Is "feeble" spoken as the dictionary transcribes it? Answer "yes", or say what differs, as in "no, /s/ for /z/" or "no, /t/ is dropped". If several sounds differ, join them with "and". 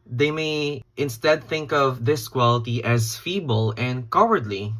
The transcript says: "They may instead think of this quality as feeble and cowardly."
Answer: yes